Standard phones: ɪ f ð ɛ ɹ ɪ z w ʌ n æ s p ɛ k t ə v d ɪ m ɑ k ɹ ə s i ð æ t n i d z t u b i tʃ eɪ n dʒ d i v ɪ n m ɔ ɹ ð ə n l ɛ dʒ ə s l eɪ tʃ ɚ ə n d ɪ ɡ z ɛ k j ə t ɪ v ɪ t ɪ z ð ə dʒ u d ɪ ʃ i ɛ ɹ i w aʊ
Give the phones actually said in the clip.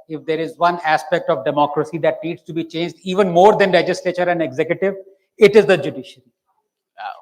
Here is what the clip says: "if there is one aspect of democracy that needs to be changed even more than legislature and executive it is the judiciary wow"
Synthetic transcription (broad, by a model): ɪ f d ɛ ɹ ɪ z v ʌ n æ s p ɛ k t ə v d ɪ m ɑ k ɹ ə s i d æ t n i d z t u b i tʃ eɪ n dʒ d i v ɪ n m ɔ ɹ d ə n l ɛ dʒ ə s l eɪ tʃ ɚ ə n d ɪ ɡ z ɛ k j ə t ɪ v ɪ t ɪ z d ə dʒ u d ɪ ʃ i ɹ i